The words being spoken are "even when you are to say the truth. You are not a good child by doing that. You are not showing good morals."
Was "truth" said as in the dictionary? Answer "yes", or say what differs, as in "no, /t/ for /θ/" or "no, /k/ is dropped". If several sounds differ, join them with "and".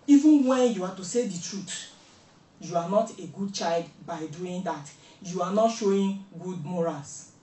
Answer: no, /t/ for /θ/